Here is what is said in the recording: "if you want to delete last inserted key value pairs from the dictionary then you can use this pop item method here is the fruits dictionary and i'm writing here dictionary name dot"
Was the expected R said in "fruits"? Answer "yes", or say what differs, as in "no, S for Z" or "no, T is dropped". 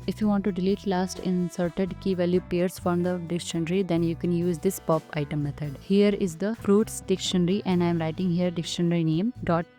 yes